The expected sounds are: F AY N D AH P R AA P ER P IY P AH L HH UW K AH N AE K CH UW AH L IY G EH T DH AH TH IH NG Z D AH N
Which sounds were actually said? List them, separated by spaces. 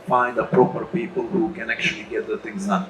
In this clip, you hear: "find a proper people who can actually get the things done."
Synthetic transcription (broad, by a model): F AY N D AH P R AA P ER P IY P AH L HH UW K AH N AE K CH UW AH L IY G EH T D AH T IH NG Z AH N